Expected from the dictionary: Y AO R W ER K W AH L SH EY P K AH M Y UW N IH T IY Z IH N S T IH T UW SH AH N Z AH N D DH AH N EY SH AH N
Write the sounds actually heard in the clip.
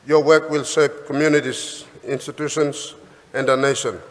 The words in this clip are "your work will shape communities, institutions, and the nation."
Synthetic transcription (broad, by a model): Y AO W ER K W AH L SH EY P K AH M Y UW N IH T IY S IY N S T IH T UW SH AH N S AH N D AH N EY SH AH N